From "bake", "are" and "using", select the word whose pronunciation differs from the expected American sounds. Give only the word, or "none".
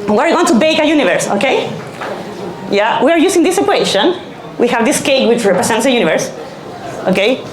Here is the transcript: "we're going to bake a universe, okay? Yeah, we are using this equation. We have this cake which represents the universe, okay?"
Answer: using